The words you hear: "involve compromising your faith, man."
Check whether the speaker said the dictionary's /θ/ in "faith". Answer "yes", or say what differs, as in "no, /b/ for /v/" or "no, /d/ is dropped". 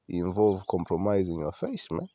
no, /s/ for /θ/